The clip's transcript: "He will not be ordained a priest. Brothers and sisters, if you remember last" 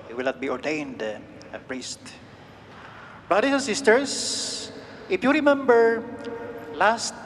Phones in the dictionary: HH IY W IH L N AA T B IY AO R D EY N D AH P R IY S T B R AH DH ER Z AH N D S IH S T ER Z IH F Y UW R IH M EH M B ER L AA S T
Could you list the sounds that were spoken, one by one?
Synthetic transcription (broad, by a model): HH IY W IH L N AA T B IY AO R D EY N D AH P R IY S T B R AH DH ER S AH N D S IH S T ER S IH F Y UW R IH M EH M B ER L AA S T